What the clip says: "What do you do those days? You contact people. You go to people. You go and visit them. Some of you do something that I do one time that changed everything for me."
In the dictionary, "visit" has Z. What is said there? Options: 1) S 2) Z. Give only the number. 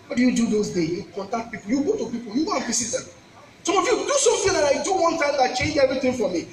1